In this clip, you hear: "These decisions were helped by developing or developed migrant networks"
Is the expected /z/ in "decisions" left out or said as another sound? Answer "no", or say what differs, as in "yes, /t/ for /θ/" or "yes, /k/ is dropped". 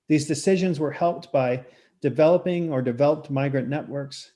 no